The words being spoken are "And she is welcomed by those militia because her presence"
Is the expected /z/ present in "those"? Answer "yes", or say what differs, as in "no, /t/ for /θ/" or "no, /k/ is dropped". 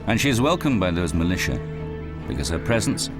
yes